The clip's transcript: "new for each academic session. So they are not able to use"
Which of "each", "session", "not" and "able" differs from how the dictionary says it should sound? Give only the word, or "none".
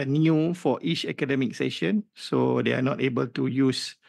none